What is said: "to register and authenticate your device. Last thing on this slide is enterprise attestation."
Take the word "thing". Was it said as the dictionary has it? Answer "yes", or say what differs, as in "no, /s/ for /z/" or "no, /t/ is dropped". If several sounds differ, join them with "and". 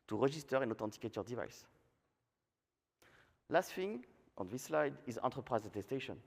no, /f/ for /θ/